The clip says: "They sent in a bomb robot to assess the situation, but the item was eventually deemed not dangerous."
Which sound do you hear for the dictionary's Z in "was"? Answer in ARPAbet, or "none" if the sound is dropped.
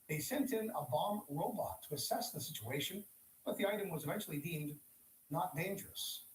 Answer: Z